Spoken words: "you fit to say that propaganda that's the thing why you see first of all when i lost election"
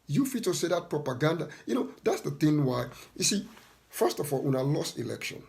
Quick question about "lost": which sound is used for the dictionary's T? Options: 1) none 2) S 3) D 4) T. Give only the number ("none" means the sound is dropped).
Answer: 4